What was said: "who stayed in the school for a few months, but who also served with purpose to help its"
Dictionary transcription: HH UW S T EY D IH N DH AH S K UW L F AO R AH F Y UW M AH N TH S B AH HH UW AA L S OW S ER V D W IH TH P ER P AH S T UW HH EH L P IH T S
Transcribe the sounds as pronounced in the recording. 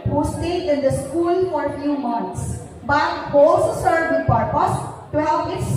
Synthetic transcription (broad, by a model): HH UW S T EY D IH N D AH S K UW L F AO R AH F Y UW M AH N T S B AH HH AA L S OW S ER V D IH P ER P AH S T UW HH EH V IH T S